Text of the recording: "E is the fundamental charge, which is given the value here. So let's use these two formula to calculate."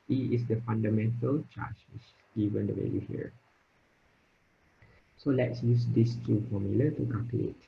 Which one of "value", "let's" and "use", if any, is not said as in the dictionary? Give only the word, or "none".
value